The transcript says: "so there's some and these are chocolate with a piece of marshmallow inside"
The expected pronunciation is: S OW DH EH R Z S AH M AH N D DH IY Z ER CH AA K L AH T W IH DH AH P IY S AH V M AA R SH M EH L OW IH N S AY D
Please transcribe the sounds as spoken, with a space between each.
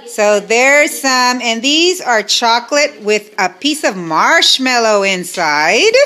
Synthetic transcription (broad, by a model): S OW DH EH R S AH M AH N DH IY Z ER CH AA K L AH T W IH DH AH P IY S AH V M AA R SH M EH L OW IH N S AY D